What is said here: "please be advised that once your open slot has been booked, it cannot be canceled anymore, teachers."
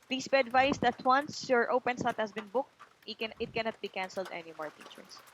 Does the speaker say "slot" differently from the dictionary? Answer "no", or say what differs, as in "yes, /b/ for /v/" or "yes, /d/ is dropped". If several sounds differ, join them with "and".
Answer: yes, /l/ is dropped